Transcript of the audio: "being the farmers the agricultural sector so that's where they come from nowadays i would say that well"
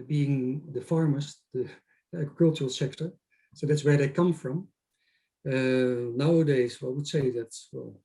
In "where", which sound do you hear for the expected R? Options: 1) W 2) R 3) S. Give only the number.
2